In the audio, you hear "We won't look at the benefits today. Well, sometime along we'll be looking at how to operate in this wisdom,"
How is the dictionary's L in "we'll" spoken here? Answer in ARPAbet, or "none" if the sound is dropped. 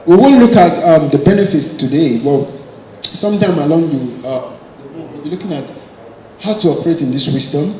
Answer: W